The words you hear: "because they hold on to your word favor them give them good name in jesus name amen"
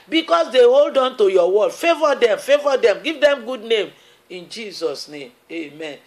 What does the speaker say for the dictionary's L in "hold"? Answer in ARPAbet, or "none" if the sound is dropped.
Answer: L